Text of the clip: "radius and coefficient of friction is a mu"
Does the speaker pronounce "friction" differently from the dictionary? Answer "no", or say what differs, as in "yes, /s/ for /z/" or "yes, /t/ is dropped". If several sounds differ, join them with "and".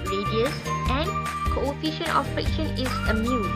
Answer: yes, /ɹ/ is dropped